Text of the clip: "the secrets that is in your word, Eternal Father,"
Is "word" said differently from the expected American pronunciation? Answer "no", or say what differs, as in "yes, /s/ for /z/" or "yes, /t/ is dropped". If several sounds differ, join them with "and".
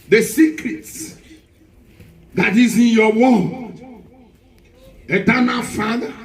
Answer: yes, /d/ is dropped